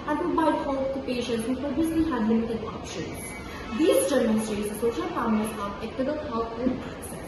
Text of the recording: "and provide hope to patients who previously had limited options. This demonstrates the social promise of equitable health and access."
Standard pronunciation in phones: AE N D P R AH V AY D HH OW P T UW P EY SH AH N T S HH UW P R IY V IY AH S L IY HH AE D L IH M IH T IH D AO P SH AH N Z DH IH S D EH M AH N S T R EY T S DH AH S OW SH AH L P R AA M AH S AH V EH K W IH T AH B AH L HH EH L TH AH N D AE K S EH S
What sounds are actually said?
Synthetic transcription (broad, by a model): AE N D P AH B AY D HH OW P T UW P EY SH AH N T S HH UW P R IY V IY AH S L IY HH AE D L IH M IH T IH D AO P SH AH N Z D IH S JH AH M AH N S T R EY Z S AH S OW SH AH L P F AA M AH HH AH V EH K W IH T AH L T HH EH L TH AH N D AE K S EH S